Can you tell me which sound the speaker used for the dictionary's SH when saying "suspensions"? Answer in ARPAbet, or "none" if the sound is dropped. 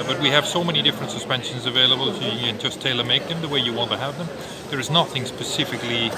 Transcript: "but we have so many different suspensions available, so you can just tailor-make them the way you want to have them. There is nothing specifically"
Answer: SH